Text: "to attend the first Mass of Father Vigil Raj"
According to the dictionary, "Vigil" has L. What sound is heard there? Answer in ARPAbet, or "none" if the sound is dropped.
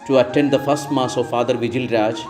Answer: L